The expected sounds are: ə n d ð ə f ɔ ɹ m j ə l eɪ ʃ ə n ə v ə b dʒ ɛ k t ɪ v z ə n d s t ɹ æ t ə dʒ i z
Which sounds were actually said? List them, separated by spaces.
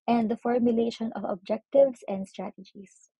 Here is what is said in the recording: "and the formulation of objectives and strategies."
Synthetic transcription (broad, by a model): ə n d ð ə f ɔ ɹ m j ə l eɪ ʃ ə n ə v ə b dʒ ɛ k t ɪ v s ə n d s t ɹ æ t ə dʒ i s